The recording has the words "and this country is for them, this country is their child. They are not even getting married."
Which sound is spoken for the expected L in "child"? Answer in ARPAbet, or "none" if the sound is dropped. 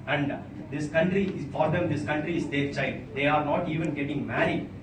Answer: N